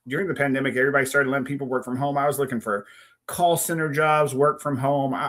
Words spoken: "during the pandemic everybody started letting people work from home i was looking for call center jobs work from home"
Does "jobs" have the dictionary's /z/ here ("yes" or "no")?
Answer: yes